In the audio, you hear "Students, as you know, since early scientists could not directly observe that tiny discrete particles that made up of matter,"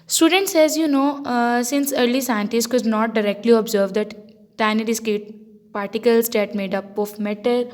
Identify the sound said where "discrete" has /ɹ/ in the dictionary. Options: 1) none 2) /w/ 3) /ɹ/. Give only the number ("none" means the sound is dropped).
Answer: 1